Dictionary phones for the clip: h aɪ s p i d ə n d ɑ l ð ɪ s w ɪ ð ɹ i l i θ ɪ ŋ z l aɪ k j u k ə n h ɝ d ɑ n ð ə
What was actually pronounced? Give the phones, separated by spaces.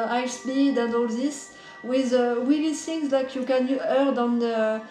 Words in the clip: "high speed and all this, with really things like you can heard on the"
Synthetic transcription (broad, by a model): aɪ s b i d ə n d ɑ l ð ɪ s w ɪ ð w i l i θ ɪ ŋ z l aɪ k j u k ə n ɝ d ɑ n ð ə